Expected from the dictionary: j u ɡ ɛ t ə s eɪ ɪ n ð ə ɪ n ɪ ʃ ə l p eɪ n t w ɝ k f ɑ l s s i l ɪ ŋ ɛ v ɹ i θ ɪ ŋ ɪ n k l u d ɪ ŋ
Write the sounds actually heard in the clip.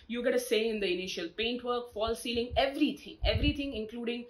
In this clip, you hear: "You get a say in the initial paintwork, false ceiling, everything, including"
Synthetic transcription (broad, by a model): j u ɡ ɛ t ə s eɪ ɪ n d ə ɪ n ɪ ʃ ə l p eɪ n t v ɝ k f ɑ l s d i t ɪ ŋ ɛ v ɹ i t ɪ ŋ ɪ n k l u d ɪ ŋ